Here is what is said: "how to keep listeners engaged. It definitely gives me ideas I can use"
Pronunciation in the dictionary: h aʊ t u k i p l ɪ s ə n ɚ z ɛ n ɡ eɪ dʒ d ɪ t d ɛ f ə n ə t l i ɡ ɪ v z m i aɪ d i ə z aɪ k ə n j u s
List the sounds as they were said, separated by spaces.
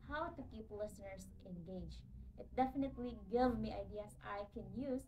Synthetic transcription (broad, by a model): h aʊ t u k i p l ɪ s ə n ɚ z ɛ n ɡ eɪ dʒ ɪ t d ɛ f ə n ə t l i ɡ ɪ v m i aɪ d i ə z aɪ k ə n j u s